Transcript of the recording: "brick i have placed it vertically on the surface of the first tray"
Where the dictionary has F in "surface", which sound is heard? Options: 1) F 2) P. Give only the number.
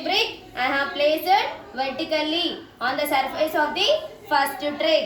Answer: 1